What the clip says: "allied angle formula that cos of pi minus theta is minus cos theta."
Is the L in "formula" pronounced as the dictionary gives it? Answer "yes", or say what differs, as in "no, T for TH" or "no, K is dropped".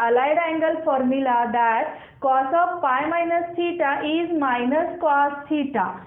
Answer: yes